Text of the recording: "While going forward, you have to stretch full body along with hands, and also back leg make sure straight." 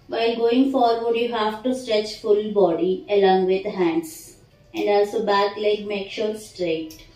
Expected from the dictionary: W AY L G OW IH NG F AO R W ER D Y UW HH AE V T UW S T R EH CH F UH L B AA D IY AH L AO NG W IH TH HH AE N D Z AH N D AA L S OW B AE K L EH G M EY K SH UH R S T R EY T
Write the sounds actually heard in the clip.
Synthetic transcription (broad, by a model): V AY L G OW IH NG F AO R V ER D Y UW HH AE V T UW S T R EH CH F UH L B AA D IY AH L AO NG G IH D HH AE N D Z AH N D AA L S OW B AE K L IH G M EY K SH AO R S T R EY T